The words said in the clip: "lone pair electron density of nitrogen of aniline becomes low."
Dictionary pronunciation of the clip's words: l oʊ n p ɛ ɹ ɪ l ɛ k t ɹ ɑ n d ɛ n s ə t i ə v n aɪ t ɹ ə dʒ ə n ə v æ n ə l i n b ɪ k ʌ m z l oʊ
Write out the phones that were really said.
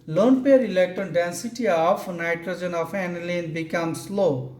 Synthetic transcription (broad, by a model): l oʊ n p ɛ ɹ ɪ l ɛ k t ɑ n d ɛ n s ə t i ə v n aɪ t ɹ ə dʒ ə n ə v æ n l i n b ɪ k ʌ m s l oʊ